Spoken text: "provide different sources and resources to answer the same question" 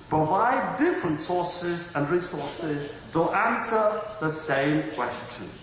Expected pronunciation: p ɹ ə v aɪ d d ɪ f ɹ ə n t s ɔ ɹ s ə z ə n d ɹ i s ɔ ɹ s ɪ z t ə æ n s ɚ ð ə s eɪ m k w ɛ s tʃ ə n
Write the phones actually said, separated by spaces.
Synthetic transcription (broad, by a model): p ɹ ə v aɪ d d ɪ f ɹ ə n t s ɔ ɹ s ə z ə n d ɹ i s ɔ ɹ s ɪ z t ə æ n s ɚ ð ə s eɪ m k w ɛ s tʃ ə n